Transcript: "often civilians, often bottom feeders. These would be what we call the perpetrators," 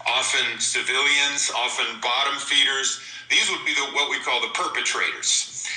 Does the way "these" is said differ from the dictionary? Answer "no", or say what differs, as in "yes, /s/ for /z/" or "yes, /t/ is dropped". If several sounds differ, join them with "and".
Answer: no